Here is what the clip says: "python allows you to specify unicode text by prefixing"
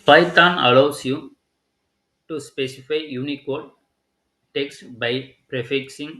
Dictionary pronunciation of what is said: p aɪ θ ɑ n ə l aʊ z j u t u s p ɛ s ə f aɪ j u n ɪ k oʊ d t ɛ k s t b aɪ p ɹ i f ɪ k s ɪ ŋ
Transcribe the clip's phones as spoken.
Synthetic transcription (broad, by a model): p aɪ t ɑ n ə l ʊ s j u t u s p ɛ s ə f aɪ j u n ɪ k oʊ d t ɛ k s t b aɪ p ɹ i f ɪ k s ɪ ŋ